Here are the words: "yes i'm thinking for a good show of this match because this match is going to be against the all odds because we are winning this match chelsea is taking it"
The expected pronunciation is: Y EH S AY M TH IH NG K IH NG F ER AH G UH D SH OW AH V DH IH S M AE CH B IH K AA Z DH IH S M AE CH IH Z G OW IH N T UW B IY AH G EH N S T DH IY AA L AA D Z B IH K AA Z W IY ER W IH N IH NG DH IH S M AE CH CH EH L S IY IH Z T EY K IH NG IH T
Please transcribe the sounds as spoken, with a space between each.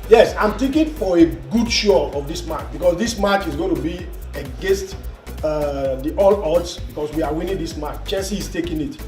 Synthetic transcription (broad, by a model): Y EH S AY M T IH K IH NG F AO AH G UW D SH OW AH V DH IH S M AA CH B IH K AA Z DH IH S M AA CH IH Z G OW IH N T UW B IY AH G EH N S T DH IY AA L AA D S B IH K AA S W IY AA W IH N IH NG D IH S M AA CH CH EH N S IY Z T EY K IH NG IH T